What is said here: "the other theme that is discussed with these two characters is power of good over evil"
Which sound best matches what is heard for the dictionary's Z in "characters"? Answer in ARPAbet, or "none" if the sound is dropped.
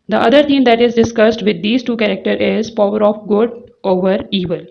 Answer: none